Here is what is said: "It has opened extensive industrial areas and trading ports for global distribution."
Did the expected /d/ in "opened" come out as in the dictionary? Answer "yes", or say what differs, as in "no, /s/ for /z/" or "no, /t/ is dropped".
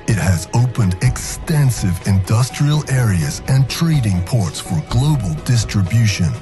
yes